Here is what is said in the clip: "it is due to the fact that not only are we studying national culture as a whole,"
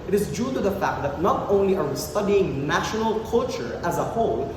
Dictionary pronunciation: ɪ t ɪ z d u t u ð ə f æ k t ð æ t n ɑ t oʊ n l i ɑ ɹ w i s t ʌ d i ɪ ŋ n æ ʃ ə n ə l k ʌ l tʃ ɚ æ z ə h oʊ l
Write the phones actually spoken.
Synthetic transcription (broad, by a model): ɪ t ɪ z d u t u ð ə f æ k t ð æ t n ɑ t oʊ n l i ɑ ɹ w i s t ʌ d i ɪ ŋ n æ ʃ ə n ə l k ʌ l tʃ ɚ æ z ə h oʊ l